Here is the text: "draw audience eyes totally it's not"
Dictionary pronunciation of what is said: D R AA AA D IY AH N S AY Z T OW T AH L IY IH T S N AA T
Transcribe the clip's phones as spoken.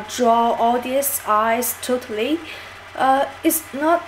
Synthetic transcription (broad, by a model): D R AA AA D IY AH S AY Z T OW T AH L IY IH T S N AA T